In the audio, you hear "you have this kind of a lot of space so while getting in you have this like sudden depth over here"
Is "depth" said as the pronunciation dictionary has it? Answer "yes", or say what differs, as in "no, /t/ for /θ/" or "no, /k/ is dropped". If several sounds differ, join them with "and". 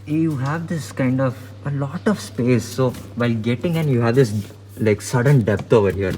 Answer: no, /t/ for /θ/